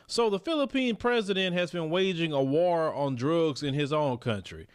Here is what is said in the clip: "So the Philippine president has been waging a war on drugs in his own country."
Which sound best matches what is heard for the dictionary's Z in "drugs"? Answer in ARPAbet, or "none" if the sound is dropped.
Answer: Z